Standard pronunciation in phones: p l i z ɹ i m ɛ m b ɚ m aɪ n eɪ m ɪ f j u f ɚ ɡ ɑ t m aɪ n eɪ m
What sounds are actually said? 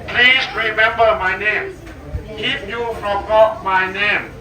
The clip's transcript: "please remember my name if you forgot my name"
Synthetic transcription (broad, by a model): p l i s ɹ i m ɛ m b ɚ m aɪ n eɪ m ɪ p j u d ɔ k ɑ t m aɪ n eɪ m